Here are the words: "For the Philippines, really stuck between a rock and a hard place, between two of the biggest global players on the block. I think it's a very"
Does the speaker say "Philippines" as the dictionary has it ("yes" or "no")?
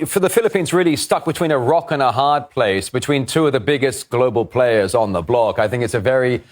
yes